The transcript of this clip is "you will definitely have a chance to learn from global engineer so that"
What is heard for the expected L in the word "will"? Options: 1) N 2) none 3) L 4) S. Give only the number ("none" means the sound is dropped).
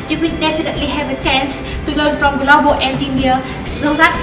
1